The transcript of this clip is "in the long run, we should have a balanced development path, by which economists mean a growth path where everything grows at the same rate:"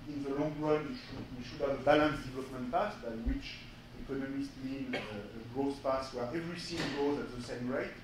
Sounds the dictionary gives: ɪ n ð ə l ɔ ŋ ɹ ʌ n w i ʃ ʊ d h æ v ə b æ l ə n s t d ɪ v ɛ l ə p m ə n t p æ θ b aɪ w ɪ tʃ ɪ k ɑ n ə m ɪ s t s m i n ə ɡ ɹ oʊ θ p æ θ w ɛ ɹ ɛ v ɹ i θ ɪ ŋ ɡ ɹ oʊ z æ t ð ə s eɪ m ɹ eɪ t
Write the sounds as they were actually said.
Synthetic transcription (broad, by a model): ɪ n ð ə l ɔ ŋ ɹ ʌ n w i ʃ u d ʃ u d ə b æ l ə n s d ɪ v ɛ l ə p m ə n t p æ s b aɪ w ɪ tʃ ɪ k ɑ n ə m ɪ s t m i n ə ɡ ɹ oʊ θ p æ s w ɛ ɹ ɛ v ɹ i s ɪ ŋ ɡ oʊ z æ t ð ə s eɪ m ɹ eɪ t